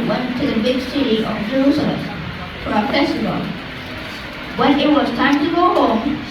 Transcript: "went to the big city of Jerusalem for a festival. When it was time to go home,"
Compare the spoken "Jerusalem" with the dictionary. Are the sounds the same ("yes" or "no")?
no